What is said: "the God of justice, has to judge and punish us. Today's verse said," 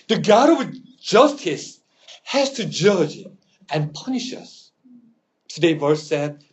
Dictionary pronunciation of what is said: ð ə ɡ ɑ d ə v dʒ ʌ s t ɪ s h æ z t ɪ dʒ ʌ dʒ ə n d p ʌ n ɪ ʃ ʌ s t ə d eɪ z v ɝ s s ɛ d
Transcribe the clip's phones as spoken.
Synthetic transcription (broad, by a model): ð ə ɡ ɑ d ə v dʒ ʌ s t ɪ s h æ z t ɪ dʒ ʌ dʒ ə n p ʌ n ɪ ʃ ʌ s t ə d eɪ v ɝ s s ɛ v